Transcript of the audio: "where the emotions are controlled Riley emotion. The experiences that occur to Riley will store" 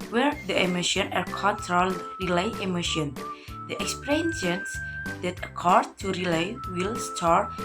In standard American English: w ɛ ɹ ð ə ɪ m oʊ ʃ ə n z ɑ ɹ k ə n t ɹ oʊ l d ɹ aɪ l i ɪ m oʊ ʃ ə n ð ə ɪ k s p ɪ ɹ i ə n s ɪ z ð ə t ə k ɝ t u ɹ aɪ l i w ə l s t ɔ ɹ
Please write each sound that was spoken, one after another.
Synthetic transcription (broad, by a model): w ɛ ɹ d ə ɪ m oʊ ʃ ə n ɑ ɹ k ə n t ɹ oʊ l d ɹ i l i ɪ m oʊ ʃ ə n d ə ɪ k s p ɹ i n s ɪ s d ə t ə k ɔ t u ɹ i l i w ə l s t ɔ ɹ